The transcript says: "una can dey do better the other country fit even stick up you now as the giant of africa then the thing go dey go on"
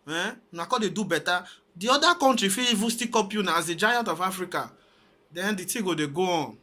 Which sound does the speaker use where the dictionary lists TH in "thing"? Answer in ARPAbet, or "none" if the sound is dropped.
T